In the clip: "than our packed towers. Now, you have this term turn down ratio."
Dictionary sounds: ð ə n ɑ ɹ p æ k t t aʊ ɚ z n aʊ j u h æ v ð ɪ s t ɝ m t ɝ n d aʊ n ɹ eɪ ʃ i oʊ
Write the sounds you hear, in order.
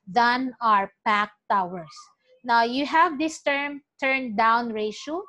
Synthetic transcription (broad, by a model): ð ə n ɑ ɹ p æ k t t aʊ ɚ s n aʊ j u h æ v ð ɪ s t ɝ m t ɝ n d aʊ n ɹ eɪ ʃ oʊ